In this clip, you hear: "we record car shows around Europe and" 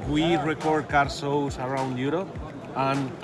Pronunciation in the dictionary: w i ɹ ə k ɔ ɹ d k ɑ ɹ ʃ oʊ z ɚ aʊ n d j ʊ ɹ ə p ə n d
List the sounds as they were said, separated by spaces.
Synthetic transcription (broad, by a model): w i ɹ ə k ɔ ɹ d k ɑ ɹ s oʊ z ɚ aʊ n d j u ɹ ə p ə n